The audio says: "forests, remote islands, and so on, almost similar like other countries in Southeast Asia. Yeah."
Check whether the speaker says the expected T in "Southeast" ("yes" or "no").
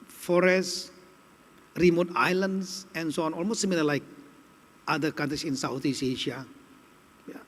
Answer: no